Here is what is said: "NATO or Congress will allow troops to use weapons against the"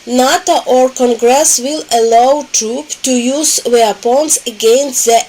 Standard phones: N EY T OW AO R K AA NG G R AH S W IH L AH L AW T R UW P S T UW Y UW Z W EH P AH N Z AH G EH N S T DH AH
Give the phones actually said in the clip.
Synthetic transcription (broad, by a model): N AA T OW AO R K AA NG G R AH S W IH L AH L AW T R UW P T UW Y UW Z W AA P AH N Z AH G EH N S T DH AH